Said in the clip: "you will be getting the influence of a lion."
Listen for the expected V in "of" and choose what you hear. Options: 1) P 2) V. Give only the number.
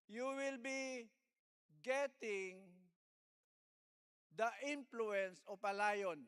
1